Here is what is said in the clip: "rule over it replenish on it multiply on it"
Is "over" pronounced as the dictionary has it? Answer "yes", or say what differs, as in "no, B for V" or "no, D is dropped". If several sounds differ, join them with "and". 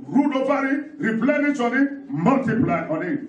no, B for V